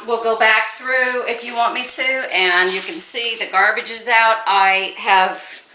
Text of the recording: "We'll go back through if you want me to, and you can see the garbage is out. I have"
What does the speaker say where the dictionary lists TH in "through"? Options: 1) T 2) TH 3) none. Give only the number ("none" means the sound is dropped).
2